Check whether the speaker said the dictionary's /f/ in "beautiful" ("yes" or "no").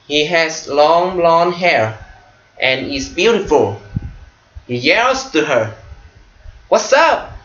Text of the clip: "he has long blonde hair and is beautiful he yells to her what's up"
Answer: yes